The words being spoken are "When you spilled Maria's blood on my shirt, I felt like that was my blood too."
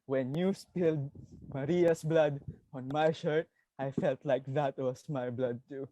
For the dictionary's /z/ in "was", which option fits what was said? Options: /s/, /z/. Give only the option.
/s/